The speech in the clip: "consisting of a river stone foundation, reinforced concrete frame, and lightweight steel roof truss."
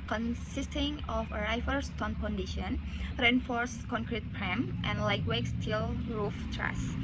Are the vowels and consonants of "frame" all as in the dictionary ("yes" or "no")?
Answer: no